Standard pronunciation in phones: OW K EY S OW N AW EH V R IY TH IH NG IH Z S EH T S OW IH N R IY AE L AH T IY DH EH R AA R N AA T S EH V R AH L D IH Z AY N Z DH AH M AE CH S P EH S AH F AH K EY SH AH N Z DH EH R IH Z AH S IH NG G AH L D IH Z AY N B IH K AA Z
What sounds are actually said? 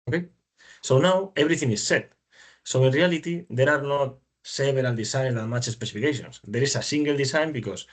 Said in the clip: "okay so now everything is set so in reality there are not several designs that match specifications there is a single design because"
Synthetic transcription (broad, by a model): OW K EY S OW N AW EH B R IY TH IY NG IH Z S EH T S OW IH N R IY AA L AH T IY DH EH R AA R N AA T S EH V R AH L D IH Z AY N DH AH M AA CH S P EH S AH F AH K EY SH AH N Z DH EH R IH S AH S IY NG G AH L D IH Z AY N B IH K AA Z